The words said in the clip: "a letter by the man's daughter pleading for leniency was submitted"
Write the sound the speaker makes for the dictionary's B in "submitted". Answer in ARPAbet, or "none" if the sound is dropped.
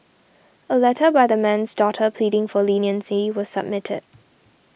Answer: B